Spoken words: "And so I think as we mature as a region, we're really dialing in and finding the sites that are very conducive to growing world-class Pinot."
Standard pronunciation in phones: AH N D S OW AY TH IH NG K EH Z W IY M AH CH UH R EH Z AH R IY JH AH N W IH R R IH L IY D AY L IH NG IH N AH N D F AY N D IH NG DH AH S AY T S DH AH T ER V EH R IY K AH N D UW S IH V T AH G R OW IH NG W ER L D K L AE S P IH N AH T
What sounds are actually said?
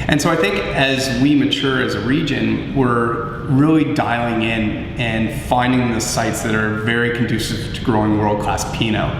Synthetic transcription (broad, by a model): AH N S OW AY TH IH NG K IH Z W IY M AH CH UH R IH Z AH R IY JH AH N W IH R R IH L IY D AY L IH NG IH N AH N F AY N D IH NG DH AH S AY T S DH AH T ER V EH R IY K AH N D UW S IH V T AH G R OW IH NG W ER L D K AO S P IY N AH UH